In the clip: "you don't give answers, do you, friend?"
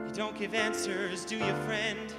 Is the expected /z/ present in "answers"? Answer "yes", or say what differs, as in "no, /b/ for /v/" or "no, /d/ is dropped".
yes